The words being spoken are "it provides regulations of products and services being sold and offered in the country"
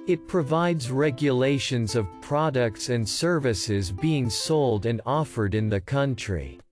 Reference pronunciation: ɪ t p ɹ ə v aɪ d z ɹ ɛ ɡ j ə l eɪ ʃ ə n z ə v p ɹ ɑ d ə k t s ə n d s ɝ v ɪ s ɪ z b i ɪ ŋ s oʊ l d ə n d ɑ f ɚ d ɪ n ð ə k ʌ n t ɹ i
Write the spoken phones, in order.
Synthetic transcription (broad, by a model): ɪ t p ɹ ə v aɪ d z ɹ ɛ ɡ j ə l eɪ ʃ ə n z ə v p ɹ ɑ d ə k t s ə n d s ɝ v ɪ s ɪ z b i ɪ ŋ s oʊ l d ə n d ɑ f ɚ d ɪ n ð ə k ʌ n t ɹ i